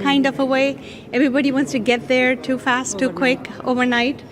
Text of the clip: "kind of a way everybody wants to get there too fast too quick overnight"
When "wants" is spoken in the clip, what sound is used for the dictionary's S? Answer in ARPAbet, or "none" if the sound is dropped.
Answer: S